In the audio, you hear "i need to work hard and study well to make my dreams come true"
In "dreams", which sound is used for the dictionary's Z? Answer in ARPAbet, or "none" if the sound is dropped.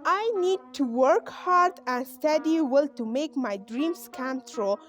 S